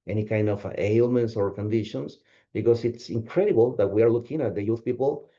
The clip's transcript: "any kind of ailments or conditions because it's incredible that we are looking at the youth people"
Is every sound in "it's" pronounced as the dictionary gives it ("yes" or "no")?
yes